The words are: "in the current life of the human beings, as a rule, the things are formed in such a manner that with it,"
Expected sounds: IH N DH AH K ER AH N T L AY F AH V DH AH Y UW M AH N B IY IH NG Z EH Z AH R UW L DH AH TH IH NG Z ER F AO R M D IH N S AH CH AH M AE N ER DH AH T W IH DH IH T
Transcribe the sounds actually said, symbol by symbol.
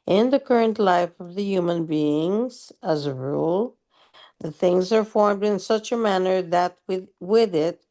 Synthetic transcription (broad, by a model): IH N DH AH K ER AH N T L AY F AH V DH AH Y UW M AH N B IY IH NG Z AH Z AH R UW L DH AH TH IH NG Z ER F AO R M D IH N S AH CH AH M AE N ER DH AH T W IH DH IH T